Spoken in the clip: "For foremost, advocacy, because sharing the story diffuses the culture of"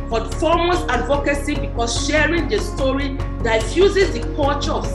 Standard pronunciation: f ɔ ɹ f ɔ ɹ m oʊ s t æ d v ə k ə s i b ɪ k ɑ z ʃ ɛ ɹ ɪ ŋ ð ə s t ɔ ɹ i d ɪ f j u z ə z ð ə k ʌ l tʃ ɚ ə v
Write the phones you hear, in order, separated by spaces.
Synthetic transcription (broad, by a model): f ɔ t f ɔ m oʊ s ɑ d v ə k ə s i b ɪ k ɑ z ʃ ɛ ɹ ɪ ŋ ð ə s t ɔ ɹ i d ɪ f j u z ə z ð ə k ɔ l tʃ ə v